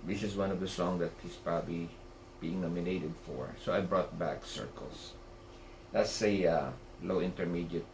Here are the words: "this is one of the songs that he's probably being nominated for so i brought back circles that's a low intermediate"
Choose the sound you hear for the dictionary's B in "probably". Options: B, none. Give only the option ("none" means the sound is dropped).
B